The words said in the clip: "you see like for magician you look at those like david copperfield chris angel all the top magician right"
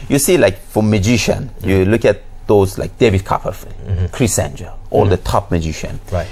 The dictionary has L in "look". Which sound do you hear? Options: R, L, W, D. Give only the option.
L